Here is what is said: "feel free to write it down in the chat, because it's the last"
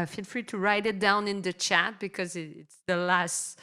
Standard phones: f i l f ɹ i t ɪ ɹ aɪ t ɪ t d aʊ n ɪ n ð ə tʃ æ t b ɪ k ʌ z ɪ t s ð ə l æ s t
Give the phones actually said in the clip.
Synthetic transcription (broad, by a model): f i l f ɹ i t ɪ ɹ aɪ t ɪ t d aʊ n ɪ n ð ə tʃ æ t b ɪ k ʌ z ɪ t s ð ə l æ s t